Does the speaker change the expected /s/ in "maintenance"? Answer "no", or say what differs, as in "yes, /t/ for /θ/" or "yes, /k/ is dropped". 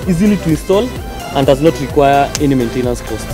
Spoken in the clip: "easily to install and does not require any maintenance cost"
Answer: no